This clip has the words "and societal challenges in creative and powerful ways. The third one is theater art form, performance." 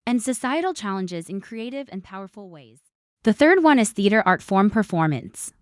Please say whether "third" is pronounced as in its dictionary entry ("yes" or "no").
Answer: yes